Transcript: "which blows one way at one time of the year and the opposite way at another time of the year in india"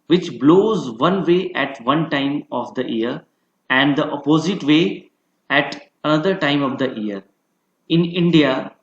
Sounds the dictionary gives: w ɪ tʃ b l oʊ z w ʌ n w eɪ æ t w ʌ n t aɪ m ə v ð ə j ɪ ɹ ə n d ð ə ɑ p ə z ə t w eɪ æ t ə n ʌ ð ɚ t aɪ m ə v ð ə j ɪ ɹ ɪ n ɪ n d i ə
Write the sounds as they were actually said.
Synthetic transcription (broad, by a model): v ɪ tʃ b l oʊ z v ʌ n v eɪ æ t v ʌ n t aɪ m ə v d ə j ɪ ɹ ə n d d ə ɑ p ə z ə t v eɪ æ t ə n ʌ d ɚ t aɪ m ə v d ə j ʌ ɹ ɪ n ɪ n d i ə